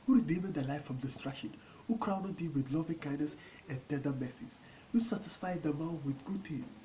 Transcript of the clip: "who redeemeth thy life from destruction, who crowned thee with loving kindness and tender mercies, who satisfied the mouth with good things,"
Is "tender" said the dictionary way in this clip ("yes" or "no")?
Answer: no